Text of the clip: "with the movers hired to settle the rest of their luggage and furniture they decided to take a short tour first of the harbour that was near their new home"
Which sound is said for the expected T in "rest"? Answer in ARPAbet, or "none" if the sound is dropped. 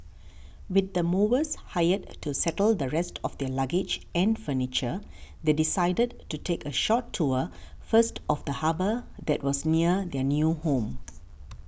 T